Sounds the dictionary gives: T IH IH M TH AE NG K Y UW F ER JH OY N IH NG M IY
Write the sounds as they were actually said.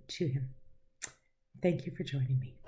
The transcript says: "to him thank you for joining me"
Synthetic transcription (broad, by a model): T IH IH M TH AE NG K Y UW F ER JH OY N IH NG M IY